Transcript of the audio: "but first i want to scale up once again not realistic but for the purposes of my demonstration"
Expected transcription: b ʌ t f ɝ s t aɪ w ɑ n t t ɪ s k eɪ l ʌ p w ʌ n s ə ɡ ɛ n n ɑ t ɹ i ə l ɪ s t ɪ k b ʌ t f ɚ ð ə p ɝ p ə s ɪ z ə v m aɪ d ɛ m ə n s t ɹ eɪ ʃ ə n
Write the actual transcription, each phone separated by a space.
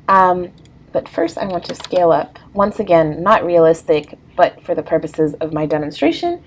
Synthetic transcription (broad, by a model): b ʌ t f ɝ s t aɪ w ɑ n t t ɪ s k eɪ l ʌ p w ʌ n s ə ɡ ɛ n n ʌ t ɹ i ə l ɪ s t ɪ k b ʌ t f ɚ ð ə p ɝ p ə s ɪ z ə v m aɪ d ɛ m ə n s t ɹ eɪ ʃ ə n